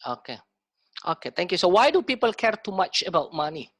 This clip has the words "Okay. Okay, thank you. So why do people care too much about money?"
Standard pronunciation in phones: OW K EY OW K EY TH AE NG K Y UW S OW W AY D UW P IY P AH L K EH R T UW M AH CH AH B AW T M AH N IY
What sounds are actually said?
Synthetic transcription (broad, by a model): OW K EY OW K EY T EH NG K Y UW S OW W AY D UW P IY P AH L K EH R T UW M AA CH AH B AW T M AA N IY